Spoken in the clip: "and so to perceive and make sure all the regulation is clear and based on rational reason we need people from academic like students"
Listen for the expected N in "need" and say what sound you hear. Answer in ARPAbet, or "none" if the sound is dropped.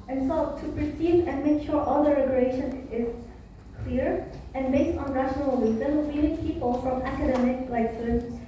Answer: L